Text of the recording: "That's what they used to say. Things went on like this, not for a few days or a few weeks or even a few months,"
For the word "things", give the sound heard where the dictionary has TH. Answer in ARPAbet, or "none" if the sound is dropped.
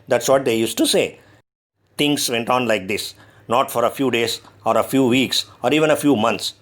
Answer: T